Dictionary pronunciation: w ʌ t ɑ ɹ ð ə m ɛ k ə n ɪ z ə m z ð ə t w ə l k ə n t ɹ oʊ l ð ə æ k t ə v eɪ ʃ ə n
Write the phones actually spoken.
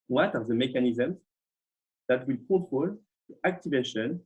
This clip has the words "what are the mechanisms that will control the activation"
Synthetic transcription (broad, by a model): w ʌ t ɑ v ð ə m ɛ k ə n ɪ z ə m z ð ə t w ə l k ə t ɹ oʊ l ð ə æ k t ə v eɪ ʃ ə n